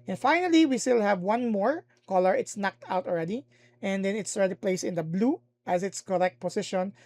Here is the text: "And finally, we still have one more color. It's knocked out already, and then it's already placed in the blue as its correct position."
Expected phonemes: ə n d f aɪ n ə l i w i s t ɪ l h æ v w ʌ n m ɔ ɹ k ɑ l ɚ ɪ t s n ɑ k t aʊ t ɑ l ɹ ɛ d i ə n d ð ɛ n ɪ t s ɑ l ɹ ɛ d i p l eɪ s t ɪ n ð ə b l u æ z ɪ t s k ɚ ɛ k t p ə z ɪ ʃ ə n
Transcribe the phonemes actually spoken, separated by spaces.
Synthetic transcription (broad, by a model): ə n f aɪ n ə l i w i s t ɪ l h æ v w ʌ n m ɔ ɹ k ɑ l ɚ ɪ t s n ɑ k t aʊ t ɑ l ɹ ɛ d i ə n d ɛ n ɪ t s ɑ l ɹ ɛ d i p l eɪ s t ɪ n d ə b l u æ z ɪ t s k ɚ ɛ k t p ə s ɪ ʃ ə n